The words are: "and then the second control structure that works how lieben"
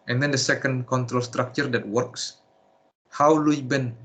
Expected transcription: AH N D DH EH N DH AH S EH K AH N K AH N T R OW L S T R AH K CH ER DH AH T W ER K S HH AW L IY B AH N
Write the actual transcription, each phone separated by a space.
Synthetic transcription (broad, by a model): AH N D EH N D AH S EH K AH N K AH N T R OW L S T R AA K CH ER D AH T W ER K S HH AW L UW B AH N